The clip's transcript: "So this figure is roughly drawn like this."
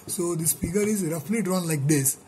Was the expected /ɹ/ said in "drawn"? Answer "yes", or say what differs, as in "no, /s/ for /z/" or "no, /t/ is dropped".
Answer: yes